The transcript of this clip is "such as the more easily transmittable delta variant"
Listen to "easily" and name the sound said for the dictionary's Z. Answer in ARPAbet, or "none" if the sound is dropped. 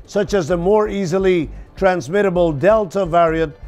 Z